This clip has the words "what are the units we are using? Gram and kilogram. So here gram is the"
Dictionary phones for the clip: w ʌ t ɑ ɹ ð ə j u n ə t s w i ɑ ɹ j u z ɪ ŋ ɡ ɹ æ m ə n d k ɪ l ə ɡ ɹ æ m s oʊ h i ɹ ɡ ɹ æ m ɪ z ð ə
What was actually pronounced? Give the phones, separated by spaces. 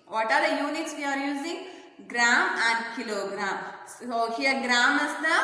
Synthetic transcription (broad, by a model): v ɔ t ɑ ɹ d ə j u n ə t s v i ɑ ɹ j u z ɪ ŋ ɡ ɹ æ m ə n d k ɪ l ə ɡ ɹ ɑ m s oʊ h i ɹ ɡ ɹ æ m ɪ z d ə